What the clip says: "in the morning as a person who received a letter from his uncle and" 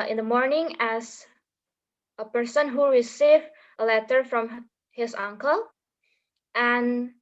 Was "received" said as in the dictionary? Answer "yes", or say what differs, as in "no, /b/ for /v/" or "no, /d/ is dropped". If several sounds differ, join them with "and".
no, /d/ is dropped